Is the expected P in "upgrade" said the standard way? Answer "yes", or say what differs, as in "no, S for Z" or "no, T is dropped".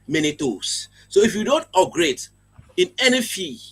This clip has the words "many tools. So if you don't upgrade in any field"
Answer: no, P is dropped